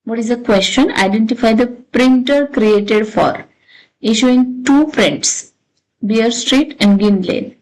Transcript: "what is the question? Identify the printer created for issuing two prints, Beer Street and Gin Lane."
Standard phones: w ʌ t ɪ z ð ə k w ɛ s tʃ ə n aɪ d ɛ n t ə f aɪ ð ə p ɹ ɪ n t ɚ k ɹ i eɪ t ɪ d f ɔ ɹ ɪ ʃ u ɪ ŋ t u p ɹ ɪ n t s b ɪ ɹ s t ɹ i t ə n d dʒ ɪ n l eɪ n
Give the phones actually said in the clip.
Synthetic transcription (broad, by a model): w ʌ t ɪ z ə k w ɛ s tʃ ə n aɪ d ɛ n t ə f aɪ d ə p ɹ ɪ n t ɚ k ɹ i eɪ t ɪ d f ɔ ɹ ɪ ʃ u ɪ ŋ t u f ɹ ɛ n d s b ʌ ɹ s t ɹ i t ə n d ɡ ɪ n l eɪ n